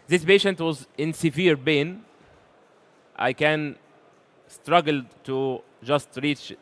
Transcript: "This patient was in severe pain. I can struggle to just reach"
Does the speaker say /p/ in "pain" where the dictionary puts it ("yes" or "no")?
no